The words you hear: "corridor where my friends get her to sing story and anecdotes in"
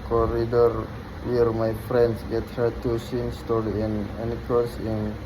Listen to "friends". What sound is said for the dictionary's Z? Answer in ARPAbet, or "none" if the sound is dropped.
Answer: S